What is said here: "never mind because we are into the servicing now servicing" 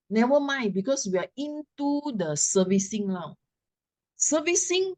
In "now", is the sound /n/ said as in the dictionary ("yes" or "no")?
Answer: no